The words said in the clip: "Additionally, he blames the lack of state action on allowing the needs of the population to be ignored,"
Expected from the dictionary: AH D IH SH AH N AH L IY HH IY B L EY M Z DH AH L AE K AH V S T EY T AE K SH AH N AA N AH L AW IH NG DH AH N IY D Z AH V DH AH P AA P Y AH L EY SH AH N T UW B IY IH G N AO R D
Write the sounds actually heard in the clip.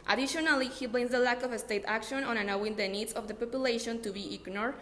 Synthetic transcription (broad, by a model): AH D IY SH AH N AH L IY HH IY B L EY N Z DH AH L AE K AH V S T EY T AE K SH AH N AA N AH N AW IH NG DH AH N IY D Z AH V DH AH P AA P Y AH L EY SH AH N T UW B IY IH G N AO R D